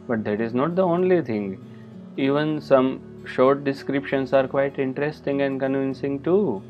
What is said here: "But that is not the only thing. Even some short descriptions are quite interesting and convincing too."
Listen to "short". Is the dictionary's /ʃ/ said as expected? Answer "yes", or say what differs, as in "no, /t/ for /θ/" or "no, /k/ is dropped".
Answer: yes